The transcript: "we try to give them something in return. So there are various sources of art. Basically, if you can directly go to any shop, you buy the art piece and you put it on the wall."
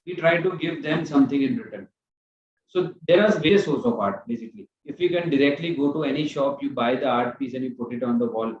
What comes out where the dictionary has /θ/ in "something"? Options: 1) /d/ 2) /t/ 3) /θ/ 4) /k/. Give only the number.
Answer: 2